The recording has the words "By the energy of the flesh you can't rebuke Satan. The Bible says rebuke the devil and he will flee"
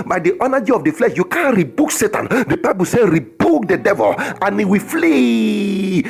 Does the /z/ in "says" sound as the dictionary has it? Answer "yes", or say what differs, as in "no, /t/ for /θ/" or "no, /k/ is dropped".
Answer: no, /z/ is dropped